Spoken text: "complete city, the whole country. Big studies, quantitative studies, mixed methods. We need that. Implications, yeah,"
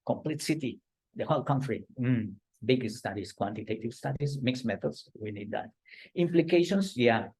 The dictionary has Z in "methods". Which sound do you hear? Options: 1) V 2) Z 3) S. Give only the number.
3